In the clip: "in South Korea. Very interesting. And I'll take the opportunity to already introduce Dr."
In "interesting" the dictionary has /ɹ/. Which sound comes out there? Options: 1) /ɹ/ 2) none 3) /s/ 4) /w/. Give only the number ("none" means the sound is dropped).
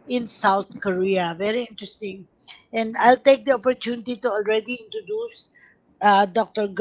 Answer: 1